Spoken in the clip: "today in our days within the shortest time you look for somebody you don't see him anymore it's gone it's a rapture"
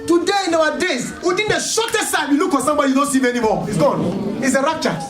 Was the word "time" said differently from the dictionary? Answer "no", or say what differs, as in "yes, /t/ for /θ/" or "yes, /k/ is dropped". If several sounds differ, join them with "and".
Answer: yes, /s/ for /t/